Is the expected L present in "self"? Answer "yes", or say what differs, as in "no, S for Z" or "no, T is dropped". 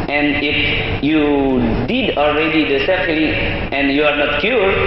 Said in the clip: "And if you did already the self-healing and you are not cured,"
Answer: no, L is dropped